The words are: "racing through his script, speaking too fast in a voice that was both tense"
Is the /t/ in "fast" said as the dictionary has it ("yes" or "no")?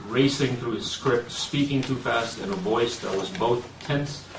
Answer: yes